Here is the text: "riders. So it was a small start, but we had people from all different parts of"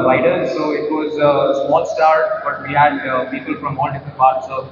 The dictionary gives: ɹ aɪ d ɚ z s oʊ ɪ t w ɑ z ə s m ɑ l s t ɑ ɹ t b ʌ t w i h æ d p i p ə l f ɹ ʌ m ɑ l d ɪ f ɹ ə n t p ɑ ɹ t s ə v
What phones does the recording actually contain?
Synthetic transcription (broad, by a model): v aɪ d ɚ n s oʊ ɪ t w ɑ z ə s m ɑ l s t ɑ ɹ t b ʌ t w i h æ d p i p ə l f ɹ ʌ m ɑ n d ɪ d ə p ɑ ɹ t s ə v